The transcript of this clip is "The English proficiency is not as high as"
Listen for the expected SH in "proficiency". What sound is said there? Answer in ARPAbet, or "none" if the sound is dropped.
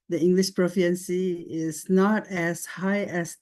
none